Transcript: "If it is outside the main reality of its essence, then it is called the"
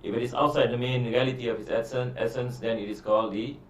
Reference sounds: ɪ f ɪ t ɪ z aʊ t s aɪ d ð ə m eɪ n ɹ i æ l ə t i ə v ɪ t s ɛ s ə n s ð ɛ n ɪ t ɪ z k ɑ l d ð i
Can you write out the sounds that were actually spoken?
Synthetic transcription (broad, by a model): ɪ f ɪ t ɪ s aʊ t s aɪ d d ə m eɪ n ɹ i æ l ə t i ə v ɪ s s ɛ s ə n s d ɛ n ɪ t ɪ s k ɑ l d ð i